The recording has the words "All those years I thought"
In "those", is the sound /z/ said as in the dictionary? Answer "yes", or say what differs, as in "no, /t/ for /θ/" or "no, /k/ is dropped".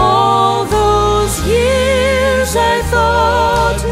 yes